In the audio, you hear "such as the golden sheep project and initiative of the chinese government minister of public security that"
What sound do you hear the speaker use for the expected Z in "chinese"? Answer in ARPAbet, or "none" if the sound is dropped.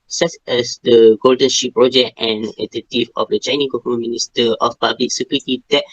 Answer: none